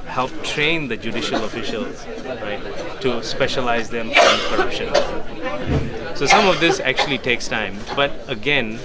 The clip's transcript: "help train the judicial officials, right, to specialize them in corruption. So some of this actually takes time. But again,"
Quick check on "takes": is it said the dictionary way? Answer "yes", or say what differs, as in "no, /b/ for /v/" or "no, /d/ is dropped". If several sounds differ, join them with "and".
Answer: yes